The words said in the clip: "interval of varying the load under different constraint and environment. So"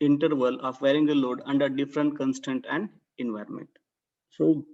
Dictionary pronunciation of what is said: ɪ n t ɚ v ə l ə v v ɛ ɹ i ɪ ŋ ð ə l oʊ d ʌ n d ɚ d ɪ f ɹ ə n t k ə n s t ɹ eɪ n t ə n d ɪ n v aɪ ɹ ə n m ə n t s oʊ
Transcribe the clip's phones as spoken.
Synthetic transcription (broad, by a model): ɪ n t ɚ v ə l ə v v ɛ ɹ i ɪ ŋ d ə l oʊ d ʌ n d ɚ d ɪ f ɹ ə n t k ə n s t eɪ n t ə n d ɪ n v aɪ ɹ ə n m ə n t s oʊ